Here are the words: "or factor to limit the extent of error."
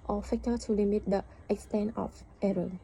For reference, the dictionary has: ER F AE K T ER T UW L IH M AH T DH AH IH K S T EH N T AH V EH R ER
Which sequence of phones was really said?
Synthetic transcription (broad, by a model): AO F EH K T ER T UW L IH M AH T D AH IH K S T EH N T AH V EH R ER